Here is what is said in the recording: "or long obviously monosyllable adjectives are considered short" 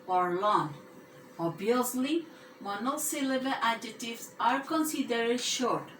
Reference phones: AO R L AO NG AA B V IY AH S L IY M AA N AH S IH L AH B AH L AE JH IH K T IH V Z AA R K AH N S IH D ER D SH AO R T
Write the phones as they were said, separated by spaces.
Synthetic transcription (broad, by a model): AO R L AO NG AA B IY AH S L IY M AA N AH S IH L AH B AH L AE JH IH T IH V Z AA R K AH N S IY D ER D SH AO R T